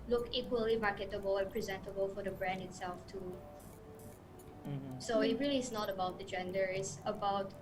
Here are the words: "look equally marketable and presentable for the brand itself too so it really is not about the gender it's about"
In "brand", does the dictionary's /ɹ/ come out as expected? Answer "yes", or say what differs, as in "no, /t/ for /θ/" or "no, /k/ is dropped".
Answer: yes